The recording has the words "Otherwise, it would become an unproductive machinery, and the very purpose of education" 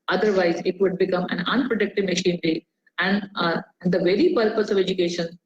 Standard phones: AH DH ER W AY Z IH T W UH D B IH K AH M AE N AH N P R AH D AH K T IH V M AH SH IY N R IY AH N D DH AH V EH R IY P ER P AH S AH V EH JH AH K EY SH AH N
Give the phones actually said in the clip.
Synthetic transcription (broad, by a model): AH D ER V AY Z IH T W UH D B IH K AH M AE N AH N P R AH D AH K T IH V M AH SH IY N R IY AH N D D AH V EH R IY P ER P AH S AH V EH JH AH K EY SH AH N